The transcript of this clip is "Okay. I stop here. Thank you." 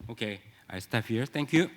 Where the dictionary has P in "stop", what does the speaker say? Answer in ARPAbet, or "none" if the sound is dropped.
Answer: F